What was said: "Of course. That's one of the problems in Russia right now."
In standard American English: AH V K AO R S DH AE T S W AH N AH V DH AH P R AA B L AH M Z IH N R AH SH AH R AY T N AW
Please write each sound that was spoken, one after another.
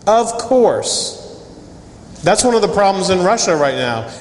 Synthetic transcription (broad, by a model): AH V K AO R S DH AE T S W AH N AH V DH AH P R AA B L AH M Z IH N R AH SH AH R AY T N AW